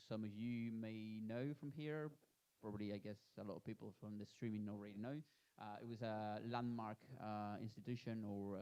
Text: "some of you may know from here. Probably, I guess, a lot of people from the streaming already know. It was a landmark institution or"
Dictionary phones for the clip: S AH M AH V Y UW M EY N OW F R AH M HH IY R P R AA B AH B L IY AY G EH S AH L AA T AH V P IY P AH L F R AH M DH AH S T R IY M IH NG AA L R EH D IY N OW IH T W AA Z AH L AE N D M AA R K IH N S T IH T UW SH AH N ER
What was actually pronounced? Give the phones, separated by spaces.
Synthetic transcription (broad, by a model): S AH M AH V Y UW M EY N OW F R AH M HH IY R P R AA B AH B L IY AY G EH S AH L AA T AH V P IY P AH L F R AH M DH AH S T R IY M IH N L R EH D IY N OW IH T W AA Z AH L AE N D M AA R K IH N S T IH T UW SH AH N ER